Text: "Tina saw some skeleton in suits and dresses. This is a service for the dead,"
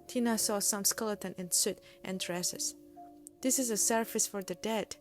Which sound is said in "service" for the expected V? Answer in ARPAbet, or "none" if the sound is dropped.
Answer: F